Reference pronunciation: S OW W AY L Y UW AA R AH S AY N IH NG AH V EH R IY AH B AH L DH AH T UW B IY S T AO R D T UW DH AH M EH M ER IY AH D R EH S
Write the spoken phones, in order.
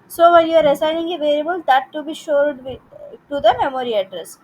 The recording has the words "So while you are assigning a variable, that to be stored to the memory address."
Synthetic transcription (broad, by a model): S OW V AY N Y UW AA R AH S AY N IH NG AH V EH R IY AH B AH L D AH T UW B IY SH AO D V T UW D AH M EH M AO IY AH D R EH S